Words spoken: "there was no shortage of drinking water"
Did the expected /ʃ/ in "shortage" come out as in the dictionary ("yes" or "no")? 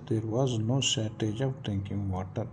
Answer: no